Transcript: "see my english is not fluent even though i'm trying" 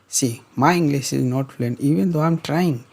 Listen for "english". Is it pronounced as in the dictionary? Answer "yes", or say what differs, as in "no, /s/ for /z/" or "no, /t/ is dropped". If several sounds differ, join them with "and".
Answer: no, /s/ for /ʃ/